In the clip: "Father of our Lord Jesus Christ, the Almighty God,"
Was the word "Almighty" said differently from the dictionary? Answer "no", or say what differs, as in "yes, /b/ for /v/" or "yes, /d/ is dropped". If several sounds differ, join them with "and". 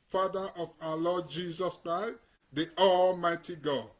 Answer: no